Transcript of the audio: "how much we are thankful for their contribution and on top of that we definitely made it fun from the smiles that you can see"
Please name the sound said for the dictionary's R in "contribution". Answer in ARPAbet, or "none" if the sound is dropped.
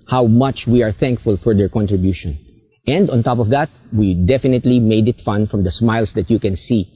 R